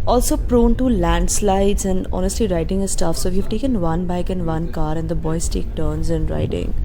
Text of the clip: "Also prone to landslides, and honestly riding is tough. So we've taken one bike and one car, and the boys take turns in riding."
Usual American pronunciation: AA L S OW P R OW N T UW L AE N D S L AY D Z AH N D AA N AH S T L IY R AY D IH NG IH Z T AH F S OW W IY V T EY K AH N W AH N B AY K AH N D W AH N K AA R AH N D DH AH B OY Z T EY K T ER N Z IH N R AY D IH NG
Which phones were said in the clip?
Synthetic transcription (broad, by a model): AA L S OW P R OW N T UW L AE N D S L AY D Z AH N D AA N AH S T L IY R AY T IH NG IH S T AH F S OW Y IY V T EY K AH N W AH N B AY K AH N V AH N K AA R AH N D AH B OY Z T EY K T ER N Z IH N R AY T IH NG